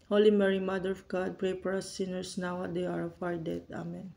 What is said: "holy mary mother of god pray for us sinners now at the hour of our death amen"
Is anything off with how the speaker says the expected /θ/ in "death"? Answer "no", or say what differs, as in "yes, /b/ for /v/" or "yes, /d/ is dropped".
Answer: yes, /t/ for /θ/